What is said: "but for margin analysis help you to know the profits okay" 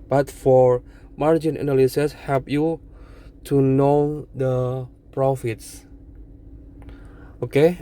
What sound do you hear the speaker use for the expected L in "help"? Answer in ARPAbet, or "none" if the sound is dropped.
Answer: none